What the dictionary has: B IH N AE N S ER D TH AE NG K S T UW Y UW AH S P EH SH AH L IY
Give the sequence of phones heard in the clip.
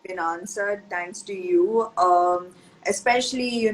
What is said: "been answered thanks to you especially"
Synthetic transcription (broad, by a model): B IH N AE N S ER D T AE NG K S T UW Y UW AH S P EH SH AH L IY